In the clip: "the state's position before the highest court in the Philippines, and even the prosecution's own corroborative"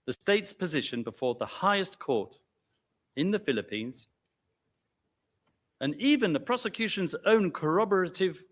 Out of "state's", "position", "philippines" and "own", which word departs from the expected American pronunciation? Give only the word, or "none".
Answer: none